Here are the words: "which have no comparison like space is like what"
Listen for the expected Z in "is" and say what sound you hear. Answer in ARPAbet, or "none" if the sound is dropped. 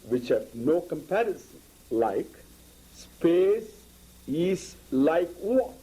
S